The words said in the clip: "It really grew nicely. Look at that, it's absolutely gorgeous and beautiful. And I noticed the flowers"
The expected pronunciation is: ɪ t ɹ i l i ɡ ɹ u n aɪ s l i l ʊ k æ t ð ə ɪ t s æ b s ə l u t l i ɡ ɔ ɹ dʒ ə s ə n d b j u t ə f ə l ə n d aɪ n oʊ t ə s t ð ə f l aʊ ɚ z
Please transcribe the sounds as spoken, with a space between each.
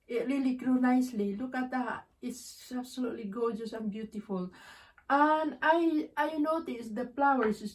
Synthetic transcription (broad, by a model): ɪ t ɹ i l i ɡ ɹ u n aɪ s l i l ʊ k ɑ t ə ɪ s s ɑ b s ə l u t l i ɡ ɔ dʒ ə s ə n b j u t ə f ə l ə n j aɪ n oʊ t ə s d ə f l aʊ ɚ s